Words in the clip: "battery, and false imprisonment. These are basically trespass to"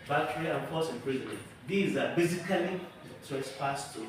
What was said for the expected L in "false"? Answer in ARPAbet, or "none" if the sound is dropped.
none